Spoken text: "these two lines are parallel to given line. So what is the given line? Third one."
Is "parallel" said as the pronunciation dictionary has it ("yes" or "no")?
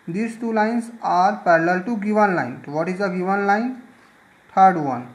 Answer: yes